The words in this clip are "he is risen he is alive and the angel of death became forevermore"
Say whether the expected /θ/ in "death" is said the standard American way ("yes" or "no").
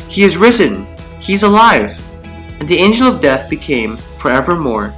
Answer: yes